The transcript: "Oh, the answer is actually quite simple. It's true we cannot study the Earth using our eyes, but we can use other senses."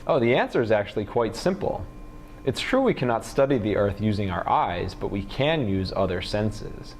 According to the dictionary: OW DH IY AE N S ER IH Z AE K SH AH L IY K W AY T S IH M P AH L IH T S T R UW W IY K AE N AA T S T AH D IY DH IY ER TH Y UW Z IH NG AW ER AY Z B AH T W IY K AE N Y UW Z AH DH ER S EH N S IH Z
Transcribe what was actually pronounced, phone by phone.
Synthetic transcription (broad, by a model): OW DH IY AE N S ER IH Z AE K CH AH L IY K W AY T S IH M P L IH T S T R UW W IY K AE N AA T S T AH D IY DH IY ER TH Y UW Z IH NG AW ER AY Z B AH T W IY K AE N Y UW Z AH DH ER S EH N S IH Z